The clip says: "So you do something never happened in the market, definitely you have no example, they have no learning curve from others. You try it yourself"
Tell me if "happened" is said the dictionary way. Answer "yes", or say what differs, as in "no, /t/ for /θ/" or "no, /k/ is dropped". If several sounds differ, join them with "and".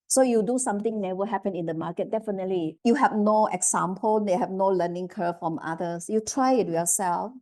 no, /d/ is dropped